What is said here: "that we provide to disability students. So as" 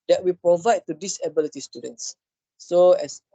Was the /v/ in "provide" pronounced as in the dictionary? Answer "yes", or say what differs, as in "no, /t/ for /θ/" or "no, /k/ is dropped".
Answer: yes